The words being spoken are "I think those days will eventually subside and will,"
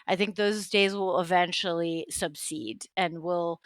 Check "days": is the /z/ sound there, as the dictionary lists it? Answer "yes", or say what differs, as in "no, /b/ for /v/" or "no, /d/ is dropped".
yes